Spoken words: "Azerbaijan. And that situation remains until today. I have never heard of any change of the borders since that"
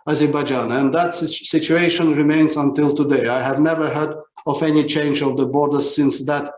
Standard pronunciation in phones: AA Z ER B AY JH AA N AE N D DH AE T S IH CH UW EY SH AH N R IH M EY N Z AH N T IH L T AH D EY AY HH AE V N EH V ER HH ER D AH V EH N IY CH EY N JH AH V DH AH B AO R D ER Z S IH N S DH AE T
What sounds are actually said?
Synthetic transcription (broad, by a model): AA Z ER B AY JH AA N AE N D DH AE T S IH CH UW EY SH AH N R IH M EY N Z AH N T IH L T AH D EY AY HH AE V N EH V ER HH ER D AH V EH N IY CH EY N JH AH V DH AH B AO R D ER Z S IH N S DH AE T